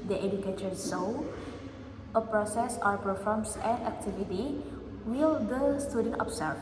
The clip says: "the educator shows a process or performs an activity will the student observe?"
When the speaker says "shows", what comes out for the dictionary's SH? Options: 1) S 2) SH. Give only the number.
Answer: 1